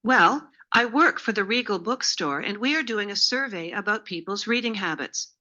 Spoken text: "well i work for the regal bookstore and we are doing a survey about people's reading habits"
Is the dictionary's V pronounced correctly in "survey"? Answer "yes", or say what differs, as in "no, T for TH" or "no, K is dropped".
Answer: yes